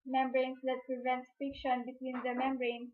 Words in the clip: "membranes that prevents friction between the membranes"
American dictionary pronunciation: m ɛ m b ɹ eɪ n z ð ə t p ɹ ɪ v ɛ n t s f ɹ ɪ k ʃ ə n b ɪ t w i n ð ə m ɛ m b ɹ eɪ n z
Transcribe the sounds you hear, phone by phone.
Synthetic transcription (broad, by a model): m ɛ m b ɹ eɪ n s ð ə t p ɹ ɪ v ɛ n t s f ɪ k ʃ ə n b ɪ t w i n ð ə m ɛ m b ɹ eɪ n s